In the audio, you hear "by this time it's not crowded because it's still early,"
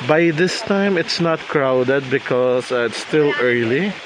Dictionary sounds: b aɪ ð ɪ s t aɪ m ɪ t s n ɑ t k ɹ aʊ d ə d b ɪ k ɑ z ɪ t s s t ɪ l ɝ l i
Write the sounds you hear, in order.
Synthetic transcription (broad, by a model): b aɪ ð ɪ s t aɪ m ɪ t s n ɑ t k ɹ aʊ d ə d b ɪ k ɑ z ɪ t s s t ɪ l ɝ l i